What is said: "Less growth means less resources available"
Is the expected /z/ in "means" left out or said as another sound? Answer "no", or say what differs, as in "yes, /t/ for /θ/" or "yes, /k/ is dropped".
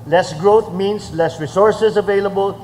yes, /s/ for /z/